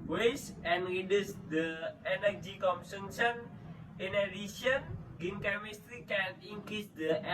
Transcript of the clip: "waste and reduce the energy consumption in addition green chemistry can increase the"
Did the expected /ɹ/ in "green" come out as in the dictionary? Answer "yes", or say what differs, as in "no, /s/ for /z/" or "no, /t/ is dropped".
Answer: no, /ɹ/ is dropped